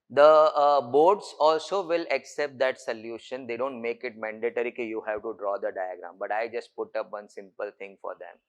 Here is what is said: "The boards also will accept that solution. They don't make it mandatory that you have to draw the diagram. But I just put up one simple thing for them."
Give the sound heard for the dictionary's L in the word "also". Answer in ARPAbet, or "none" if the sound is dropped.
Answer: L